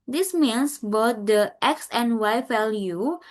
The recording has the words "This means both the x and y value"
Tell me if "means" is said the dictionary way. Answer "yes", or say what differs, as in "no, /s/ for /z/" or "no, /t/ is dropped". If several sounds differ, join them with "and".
no, /s/ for /z/